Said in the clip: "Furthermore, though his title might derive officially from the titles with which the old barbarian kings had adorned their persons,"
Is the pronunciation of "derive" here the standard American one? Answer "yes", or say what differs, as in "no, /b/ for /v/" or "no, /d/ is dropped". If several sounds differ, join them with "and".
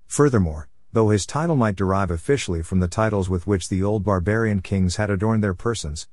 yes